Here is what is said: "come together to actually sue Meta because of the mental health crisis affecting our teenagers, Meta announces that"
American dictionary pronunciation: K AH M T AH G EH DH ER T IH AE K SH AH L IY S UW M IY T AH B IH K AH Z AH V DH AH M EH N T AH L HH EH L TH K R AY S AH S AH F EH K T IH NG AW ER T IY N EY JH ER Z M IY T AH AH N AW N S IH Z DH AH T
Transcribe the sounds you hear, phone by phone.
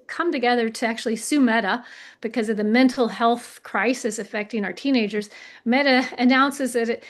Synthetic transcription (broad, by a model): K AH M T AH G EH DH ER T IH AE K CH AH L IY S UW M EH T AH B IH K AH Z AH V DH AH M EH N T L HH EH L TH K R AY S AH S AH F EH K T IH NG AW ER T IY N EY JH ER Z M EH T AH AH N AW N S IH Z DH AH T